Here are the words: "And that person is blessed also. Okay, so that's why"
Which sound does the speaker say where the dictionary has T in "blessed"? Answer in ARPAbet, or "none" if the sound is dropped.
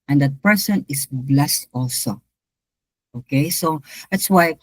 T